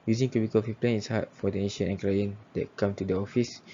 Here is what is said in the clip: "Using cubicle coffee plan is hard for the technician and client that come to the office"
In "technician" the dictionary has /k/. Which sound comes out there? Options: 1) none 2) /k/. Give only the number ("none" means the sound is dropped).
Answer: 1